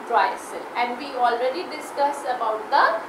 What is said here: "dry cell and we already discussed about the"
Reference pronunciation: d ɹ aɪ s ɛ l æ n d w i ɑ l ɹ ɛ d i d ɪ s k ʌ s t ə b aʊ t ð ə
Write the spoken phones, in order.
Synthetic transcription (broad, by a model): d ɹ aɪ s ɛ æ n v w i ɑ l ɹ ɛ d i d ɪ s k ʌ s ə b aʊ t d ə